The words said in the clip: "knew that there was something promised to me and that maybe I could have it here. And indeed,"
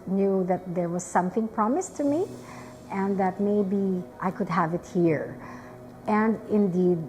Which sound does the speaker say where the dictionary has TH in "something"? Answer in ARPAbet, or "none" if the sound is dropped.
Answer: TH